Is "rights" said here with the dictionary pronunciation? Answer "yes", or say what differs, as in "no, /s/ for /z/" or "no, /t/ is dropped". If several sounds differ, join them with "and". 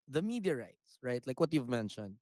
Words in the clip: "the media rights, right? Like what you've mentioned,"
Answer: yes